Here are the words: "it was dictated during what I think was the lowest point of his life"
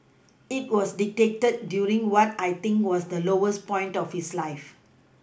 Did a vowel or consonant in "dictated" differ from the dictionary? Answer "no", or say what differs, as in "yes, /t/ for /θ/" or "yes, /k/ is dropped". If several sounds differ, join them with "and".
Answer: yes, /k/ is dropped